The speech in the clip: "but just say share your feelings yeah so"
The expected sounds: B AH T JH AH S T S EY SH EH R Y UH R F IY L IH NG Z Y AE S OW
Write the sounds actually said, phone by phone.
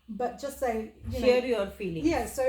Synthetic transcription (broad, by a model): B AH T JH AH S T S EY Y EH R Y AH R F IY L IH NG Y AE S OW